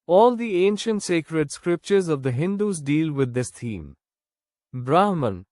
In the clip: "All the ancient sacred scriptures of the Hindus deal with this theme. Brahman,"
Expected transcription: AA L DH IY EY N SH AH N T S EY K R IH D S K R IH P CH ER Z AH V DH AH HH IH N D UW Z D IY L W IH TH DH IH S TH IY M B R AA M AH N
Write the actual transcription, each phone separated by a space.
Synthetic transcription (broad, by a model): AA L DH IY EY N SH AH N T S EY K R IH D S K R IH P CH ER Z AH V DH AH HH IH N D UW Z D IY L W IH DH IH S T IY M B R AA M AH N